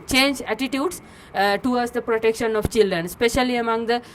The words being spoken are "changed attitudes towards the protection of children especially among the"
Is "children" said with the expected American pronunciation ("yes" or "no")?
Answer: yes